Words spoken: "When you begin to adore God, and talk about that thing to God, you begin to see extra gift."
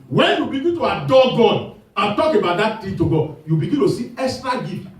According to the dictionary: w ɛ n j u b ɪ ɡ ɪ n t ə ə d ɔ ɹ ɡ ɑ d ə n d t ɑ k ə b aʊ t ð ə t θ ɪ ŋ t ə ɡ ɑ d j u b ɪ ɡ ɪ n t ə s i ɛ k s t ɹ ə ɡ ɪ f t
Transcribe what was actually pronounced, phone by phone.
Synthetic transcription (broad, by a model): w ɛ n j u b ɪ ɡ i t ə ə d ɔ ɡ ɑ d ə t ɑ k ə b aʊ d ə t t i t ə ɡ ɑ j u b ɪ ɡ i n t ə s i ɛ s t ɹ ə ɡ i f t